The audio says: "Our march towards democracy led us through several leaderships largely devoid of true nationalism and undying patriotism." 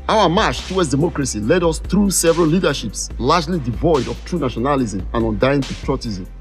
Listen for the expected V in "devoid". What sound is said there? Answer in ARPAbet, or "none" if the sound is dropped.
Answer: V